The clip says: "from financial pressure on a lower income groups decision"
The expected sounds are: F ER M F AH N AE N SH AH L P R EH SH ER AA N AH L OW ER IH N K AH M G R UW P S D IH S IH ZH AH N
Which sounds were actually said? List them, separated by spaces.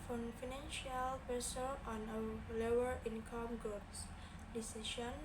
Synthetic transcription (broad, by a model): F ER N F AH N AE N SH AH L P EH S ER AA N AH L OW ER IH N K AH M G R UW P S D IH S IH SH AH N